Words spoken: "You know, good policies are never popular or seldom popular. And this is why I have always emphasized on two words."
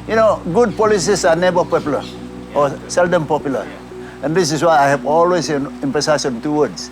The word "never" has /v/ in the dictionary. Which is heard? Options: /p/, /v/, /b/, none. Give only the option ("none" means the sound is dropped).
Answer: /b/